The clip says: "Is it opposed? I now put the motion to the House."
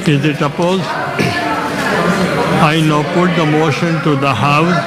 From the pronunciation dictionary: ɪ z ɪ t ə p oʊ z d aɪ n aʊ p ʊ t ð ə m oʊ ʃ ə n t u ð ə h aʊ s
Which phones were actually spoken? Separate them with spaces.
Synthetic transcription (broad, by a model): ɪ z ɪ t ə p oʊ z aɪ n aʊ p ʊ t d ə m oʊ ʃ ə n t u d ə h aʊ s